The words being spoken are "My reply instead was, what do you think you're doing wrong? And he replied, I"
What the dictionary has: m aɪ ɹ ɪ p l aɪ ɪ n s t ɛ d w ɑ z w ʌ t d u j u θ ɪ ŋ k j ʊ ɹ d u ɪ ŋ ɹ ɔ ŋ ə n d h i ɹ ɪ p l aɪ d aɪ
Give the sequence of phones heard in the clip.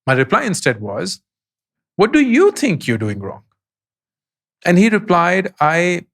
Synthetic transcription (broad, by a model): m aɪ ɹ ɪ p l aɪ ɪ n s t ɛ d w ɑ z w ʌ t d u j u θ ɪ ŋ k j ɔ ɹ d u ɪ ŋ ɹ ɔ ŋ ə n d h i ɹ ɪ p l aɪ d aɪ